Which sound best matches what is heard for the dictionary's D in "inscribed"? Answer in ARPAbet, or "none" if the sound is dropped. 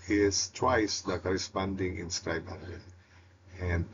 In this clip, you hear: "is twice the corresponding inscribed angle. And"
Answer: none